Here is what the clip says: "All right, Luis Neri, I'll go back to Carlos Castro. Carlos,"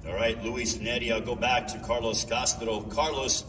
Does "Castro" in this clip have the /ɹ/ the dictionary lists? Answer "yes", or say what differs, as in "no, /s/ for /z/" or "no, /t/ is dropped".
no, /l/ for /ɹ/